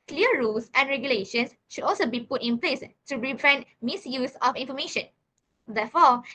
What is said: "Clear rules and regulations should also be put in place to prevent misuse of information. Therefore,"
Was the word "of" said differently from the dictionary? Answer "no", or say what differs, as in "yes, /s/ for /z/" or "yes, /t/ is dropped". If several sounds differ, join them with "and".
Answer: yes, /f/ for /v/